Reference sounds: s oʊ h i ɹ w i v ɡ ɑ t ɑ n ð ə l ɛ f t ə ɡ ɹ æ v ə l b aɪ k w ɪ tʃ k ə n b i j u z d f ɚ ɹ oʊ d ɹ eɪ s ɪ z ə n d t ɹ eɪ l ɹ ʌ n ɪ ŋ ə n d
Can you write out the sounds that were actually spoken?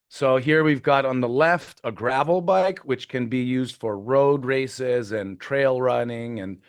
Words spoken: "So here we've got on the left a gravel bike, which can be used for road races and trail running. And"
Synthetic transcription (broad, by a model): s oʊ h i ɹ w i v ɡ ɑ t n ð ə l ɛ f t ə ɡ ɹ æ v l b aɪ k w ɪ tʃ k ə n b i j u z d f ɚ ɹ oʊ d ɹ eɪ s ɪ z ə n t ɹ eɪ l ɹ ʌ n ɪ ŋ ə n